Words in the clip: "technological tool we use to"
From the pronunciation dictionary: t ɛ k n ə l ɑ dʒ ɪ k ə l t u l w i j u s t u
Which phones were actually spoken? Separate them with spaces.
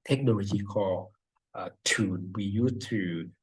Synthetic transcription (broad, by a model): t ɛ k n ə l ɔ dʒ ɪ k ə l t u n w i j u s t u